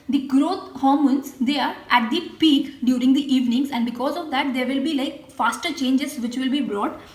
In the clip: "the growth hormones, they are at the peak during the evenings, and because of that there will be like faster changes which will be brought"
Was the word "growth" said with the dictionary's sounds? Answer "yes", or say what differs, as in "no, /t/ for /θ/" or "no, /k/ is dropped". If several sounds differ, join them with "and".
no, /t/ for /θ/